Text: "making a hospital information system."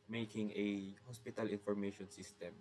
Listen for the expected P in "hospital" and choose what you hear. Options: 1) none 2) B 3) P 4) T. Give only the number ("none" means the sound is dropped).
3